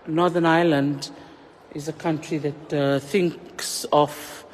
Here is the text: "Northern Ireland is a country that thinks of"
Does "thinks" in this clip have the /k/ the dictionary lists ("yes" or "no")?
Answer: yes